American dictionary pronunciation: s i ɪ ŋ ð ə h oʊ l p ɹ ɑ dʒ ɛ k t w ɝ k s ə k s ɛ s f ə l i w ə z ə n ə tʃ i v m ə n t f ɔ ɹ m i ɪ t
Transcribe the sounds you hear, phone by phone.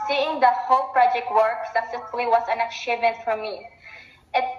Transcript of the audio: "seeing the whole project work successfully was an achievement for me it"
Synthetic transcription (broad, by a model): s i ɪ ŋ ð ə h oʊ l p ɹ ɑ dʒ ɛ k t w ɝ k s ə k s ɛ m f l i w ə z ə n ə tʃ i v ə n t f ɔ ɹ m i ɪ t